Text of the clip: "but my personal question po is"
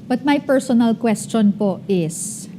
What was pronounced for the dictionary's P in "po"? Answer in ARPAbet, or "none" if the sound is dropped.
P